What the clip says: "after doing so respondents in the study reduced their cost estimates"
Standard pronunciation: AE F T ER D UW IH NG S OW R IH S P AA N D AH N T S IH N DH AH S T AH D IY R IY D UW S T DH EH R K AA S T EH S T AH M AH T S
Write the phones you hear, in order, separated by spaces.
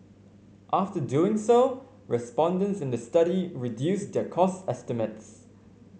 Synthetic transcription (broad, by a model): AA F T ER D UW IH NG S OW R IH S P AA N D AH N T S IH N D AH S T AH D IY R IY D UW S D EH K AA S T EH S T AH M AH T S